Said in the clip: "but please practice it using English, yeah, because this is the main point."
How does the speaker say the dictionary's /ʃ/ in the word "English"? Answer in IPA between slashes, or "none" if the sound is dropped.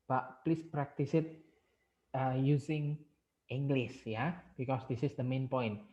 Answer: /s/